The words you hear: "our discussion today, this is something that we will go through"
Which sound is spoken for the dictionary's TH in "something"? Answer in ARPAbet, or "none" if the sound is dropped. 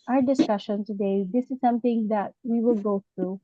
T